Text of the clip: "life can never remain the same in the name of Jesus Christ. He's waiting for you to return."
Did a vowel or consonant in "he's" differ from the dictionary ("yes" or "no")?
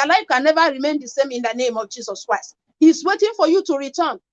yes